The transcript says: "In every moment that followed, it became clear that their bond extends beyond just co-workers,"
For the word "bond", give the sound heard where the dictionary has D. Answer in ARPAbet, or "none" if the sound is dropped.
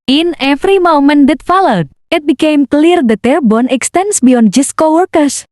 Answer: none